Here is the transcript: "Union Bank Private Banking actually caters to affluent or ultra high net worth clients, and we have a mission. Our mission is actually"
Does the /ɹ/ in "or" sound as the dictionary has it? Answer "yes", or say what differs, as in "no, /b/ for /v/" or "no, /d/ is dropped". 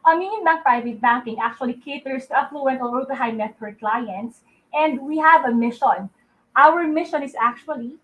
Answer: no, /l/ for /ɹ/